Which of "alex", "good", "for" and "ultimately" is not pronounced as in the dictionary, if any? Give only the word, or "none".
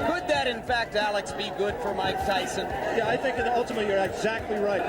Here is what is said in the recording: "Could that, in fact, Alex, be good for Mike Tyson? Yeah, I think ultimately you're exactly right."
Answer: ultimately